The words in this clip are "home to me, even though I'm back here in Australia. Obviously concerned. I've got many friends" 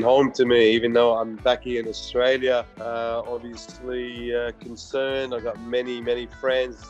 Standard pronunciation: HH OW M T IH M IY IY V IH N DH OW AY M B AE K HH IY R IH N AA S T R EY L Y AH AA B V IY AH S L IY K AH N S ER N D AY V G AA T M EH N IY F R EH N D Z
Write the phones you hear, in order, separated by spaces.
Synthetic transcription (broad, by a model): HH OW M T IH M IY IY V IH N DH OW AY M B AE K IY IH N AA S T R EY L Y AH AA B V IY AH S L IY K AH N S ER N D AY V G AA T M EH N IY F R EH N D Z